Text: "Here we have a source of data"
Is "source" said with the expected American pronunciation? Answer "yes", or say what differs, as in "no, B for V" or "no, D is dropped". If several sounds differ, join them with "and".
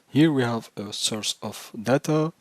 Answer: yes